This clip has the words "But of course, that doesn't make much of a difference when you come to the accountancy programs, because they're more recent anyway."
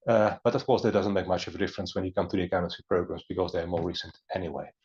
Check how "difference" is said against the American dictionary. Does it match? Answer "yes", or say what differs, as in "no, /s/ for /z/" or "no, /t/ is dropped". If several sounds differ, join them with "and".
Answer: yes